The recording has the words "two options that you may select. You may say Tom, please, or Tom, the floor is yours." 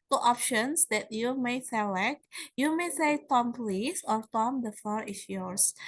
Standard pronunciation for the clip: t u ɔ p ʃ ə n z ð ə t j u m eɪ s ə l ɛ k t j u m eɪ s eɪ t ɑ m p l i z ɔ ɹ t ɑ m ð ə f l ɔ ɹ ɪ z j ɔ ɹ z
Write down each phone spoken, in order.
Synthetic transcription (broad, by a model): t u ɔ p ʃ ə n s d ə t j u m eɪ s ə l ɛ k t j u m eɪ s eɪ t ɑ m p l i s ɔ ɹ t ɑ m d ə f ɔ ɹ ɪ s j ɔ ɹ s